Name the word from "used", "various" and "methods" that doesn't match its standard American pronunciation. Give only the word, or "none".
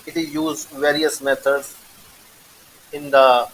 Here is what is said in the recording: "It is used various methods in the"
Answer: methods